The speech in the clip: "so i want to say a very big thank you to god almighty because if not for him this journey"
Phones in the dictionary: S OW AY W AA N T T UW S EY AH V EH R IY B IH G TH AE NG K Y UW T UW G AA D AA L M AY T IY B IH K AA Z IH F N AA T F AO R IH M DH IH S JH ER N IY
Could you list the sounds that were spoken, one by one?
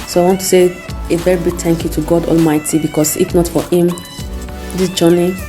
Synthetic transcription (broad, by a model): S OW AY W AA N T T UW S EY AH V EH R IY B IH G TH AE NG K Y UW T UW G AA D AA L M AY T IY B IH K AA S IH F N AA T F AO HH IH M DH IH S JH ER N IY